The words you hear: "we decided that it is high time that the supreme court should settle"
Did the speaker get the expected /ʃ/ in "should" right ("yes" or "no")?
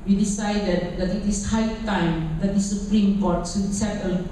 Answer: no